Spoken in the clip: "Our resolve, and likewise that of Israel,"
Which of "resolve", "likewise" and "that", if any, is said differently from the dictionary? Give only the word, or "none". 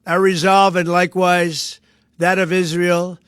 none